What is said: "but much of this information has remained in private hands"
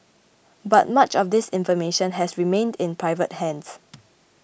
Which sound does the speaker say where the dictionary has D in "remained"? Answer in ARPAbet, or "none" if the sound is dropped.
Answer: D